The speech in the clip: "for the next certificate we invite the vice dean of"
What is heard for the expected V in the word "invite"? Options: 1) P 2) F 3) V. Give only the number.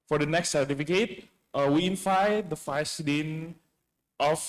2